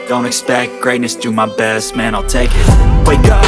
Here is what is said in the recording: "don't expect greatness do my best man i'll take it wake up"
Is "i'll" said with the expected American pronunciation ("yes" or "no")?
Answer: yes